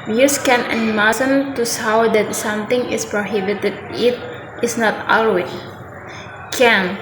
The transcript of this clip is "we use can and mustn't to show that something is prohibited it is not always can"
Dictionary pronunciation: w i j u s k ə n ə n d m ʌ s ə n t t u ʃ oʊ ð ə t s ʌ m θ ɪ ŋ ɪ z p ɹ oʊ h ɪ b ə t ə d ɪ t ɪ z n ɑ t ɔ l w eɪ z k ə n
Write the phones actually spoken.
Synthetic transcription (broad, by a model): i j u s k ə n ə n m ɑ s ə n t t u s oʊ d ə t s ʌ m t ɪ ŋ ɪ s p ɹ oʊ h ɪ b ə t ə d ɪ t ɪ s n ɑ t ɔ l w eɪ k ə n